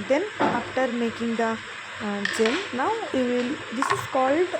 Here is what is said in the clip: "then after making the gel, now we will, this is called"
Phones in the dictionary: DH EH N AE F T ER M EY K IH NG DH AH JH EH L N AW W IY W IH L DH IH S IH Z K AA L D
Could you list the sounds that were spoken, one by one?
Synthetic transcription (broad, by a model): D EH N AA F T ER M EY K IH NG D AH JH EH N N AW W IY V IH L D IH S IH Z K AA L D